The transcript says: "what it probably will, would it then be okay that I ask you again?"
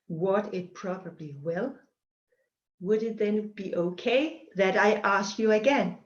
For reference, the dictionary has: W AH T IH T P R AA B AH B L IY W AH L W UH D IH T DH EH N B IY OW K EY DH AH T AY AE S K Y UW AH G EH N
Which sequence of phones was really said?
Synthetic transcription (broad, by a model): W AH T IH T P R AA B AH B L IY W AH L W UH D IH T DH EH N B IY OW K EY DH AH T AY AE S K Y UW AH G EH N